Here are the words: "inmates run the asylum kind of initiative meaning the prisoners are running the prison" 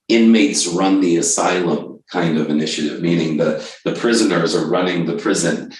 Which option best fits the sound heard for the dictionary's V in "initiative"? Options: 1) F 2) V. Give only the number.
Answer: 2